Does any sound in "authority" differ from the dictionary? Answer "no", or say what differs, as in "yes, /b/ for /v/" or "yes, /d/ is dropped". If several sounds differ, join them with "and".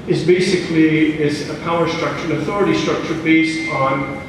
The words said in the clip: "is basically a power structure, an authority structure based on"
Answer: no